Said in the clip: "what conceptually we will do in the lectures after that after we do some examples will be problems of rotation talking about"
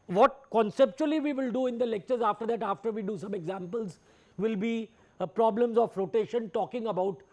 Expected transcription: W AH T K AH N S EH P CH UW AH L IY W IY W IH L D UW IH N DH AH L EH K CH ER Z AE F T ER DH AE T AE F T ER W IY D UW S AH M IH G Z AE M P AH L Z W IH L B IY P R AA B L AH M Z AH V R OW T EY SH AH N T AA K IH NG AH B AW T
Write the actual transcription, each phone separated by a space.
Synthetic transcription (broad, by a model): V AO T K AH N S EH P CH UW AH L IY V IY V IH L D UW IH N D AH L EH K CH ER Z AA F T ER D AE T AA F T ER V IY D UW S AH M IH G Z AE M P AH L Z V IH L B IY P R AA B L AH M Z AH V R OW T EY SH AH N T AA K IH NG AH B AW T